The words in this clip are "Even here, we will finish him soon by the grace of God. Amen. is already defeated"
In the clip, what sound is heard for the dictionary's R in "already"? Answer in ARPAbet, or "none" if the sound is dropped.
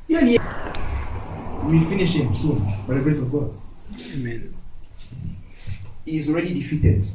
R